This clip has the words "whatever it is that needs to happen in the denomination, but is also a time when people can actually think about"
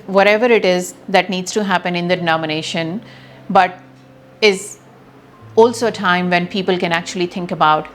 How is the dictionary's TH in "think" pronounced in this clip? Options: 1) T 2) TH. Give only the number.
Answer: 1